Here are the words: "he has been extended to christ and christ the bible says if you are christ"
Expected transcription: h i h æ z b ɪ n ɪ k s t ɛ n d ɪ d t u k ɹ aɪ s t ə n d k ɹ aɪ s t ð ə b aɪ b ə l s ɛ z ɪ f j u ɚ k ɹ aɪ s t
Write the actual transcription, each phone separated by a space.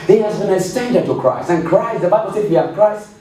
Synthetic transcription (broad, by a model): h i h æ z b ɪ n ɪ s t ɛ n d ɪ t u k ɹ aɪ s t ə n k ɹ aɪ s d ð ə b aɪ b ə l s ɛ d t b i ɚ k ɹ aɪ s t